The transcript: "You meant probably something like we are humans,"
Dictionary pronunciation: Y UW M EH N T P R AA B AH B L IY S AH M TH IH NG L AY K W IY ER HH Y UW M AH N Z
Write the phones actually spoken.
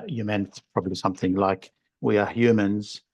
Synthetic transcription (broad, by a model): Y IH M EH N T P R AA B AH B L IY S AH M TH IH NG L AY K W IY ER HH Y UW M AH N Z